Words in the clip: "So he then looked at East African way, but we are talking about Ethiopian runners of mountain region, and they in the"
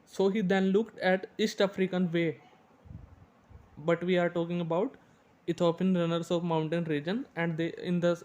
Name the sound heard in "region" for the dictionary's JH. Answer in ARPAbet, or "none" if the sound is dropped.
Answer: JH